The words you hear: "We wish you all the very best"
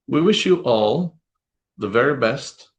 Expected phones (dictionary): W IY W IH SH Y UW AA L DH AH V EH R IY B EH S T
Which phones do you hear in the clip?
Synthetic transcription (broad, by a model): W IY W IH SH Y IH AA L DH AH V EH R IY B EH S T